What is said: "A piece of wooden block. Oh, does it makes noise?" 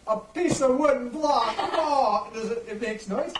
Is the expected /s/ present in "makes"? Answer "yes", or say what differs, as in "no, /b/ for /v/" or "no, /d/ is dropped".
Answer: yes